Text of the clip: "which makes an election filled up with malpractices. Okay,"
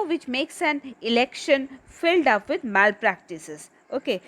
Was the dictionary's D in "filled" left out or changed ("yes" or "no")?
no